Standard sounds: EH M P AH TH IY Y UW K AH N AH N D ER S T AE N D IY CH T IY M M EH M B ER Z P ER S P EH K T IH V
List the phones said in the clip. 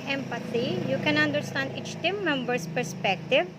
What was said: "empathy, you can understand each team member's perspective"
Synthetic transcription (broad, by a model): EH M P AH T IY Y UW K AH N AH N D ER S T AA N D IY CH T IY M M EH M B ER S P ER S P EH K T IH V